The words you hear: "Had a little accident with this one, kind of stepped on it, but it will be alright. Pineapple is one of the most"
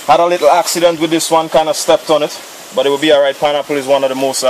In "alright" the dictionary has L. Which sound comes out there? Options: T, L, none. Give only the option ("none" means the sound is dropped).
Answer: none